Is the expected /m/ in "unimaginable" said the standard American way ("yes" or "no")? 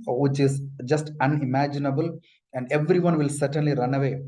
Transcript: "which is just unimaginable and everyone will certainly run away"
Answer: yes